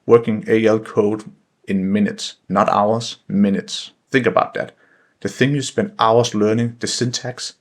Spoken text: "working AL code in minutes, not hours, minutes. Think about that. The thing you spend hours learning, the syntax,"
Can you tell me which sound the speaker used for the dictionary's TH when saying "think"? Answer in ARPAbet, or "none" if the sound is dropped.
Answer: TH